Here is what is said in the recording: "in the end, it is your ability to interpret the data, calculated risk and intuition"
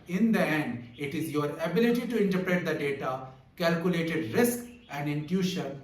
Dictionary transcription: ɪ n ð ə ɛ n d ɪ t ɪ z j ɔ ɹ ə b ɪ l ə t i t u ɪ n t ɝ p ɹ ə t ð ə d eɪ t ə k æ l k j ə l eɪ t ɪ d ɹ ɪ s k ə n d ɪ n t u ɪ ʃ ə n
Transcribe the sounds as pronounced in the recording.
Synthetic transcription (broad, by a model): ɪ n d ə ɛ n d ɪ t ɪ z j ɔ ɹ ə b ɪ l ə t i t u ɪ n t ɝ p ɹ ə t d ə d eɪ t ə k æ l k j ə l eɪ t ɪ d ɹ ɪ s k ə n d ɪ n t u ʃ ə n